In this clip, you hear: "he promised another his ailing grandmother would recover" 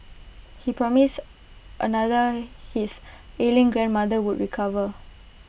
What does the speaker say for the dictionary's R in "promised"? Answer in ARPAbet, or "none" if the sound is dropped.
R